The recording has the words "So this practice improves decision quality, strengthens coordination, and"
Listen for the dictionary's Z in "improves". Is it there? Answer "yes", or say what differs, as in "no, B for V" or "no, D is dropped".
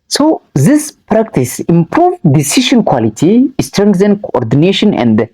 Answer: no, Z is dropped